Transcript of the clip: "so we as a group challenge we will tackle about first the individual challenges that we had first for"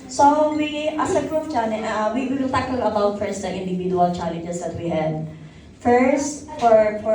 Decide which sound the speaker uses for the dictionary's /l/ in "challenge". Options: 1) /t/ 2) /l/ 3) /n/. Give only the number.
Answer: 3